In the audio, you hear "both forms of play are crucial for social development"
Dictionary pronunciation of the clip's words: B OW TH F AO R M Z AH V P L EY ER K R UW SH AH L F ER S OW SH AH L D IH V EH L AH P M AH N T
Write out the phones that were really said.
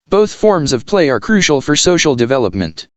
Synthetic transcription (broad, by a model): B OW TH F AO R M Z AH V P L EY ER K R UW SH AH L F ER S OW SH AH L D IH V EH L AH P M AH N T